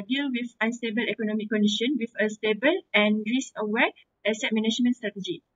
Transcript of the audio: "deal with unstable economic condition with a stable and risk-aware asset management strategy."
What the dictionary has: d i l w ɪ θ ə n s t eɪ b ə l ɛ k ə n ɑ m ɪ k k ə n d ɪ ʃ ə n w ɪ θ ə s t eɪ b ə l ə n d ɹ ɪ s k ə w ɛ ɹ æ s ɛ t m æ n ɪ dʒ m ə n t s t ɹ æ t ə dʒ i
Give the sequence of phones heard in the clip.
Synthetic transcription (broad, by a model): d i l w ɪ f ə n s t eɪ b ə l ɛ k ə n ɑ m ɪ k k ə n d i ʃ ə n w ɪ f ə s t eɪ b ə l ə n ɹ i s ə w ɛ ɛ s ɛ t m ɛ n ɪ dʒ m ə n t s t ɹ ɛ t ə dʒ i